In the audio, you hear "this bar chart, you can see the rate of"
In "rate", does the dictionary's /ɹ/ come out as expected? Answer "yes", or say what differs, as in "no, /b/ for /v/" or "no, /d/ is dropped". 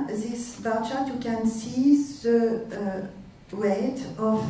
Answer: no, /w/ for /ɹ/